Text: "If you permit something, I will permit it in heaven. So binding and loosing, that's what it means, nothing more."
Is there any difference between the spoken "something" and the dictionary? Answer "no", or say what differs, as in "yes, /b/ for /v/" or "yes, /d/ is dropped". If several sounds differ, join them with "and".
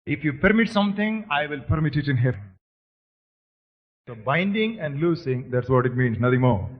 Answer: yes, /t/ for /θ/